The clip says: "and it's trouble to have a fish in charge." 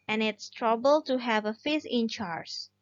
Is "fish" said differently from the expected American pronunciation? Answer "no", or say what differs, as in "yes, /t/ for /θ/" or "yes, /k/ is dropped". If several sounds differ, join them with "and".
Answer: yes, /s/ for /ʃ/